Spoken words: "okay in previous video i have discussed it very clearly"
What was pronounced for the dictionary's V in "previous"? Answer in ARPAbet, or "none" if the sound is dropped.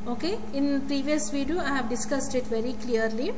V